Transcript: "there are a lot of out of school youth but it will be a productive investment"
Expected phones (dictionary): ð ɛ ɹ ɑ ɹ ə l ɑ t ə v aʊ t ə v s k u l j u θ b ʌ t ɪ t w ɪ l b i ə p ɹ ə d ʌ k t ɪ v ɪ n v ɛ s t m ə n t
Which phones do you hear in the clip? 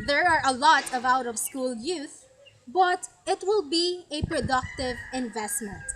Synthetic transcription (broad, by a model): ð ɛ ɹ ɑ ɹ ə l ɑ t ə v aʊ t ə v s k u l j u θ b ʌ t ɪ t w ɪ l b i ə p ɹ ə d ʌ k t ɪ v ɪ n v ɛ s t m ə n t